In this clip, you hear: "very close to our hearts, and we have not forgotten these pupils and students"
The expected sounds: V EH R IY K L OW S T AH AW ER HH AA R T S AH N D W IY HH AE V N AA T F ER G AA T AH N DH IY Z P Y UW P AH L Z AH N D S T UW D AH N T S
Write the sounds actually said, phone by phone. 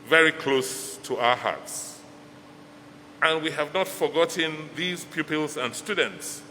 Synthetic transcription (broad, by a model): V EH R IY K L OW S T AH AW ER HH AA R T S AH N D W IY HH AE V N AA T F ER G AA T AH N DH IY Z P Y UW P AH L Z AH N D S T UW D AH N T S